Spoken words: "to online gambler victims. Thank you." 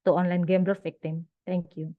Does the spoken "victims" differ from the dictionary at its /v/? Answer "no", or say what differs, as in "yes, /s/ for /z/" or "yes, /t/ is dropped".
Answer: yes, /f/ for /v/